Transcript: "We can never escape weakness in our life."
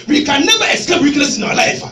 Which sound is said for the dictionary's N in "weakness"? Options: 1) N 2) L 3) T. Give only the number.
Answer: 2